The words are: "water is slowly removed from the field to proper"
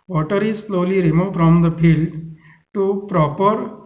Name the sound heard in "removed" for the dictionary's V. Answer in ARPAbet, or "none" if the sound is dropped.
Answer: F